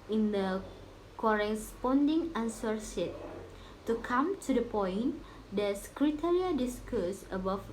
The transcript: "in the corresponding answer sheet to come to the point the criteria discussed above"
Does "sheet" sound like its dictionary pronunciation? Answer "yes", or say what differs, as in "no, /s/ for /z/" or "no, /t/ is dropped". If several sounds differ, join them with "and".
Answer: no, /s/ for /ʃ/